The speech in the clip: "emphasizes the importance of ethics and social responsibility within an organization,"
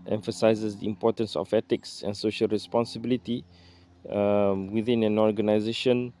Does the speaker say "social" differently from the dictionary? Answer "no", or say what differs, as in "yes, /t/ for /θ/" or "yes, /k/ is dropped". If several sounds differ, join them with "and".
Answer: no